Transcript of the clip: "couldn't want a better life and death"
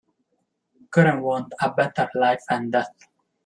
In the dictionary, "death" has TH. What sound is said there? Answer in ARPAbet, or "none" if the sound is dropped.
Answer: T